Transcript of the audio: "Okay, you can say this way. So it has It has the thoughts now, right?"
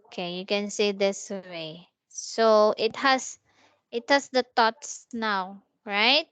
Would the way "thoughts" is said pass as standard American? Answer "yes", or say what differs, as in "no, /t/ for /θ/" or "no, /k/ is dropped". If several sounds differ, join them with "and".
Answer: no, /t/ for /θ/